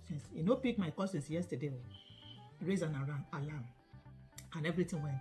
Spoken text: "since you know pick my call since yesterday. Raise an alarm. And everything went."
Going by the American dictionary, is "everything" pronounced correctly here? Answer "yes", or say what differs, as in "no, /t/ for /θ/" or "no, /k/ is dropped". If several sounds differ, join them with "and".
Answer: no, /t/ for /θ/